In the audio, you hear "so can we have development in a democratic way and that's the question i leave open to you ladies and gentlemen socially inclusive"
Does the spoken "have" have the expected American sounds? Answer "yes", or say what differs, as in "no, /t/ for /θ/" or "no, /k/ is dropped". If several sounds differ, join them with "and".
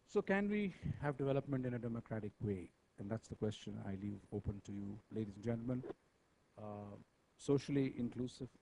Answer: yes